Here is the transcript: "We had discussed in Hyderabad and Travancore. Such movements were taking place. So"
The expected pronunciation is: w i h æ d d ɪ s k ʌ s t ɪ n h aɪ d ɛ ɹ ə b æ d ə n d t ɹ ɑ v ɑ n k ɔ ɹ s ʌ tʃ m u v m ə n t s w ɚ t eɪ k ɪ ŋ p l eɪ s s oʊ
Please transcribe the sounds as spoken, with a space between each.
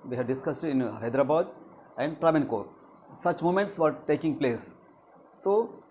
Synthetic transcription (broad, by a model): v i h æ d d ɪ s k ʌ s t ɪ n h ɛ d ɹ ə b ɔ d ə n d t ɹ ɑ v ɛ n k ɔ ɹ s ʌ tʃ m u m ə n t s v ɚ t eɪ k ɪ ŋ p l eɪ s s oʊ